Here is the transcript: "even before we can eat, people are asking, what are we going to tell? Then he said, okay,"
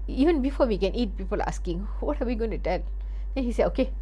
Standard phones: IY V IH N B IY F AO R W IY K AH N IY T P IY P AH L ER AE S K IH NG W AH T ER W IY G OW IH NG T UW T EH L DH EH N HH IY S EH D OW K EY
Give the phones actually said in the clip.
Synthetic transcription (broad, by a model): IY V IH N B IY F AO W IY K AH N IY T P IY P AH L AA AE S K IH NG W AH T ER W IY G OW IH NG T UW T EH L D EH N HH IY S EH OW K EY